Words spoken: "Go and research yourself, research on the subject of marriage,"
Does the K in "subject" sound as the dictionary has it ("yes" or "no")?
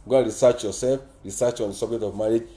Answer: no